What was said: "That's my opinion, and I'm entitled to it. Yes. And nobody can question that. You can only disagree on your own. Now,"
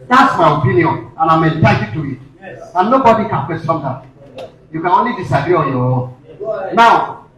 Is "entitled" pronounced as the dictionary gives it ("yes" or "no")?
no